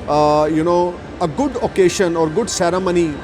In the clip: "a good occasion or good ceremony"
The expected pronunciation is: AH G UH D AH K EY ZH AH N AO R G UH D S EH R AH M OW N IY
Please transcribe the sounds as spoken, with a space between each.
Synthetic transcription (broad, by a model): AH G UH D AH K EY SH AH N AO R G UH D S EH R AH M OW N IY